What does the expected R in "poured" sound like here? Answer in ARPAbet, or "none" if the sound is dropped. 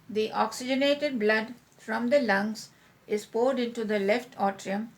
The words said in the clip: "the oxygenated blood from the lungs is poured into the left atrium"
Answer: R